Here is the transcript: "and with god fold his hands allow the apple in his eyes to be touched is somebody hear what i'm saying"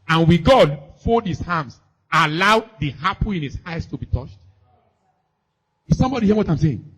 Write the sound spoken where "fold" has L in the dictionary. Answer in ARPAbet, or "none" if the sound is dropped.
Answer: none